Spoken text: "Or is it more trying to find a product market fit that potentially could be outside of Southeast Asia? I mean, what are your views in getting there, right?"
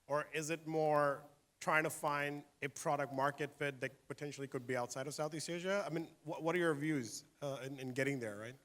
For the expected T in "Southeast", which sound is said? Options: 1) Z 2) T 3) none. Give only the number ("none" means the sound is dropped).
3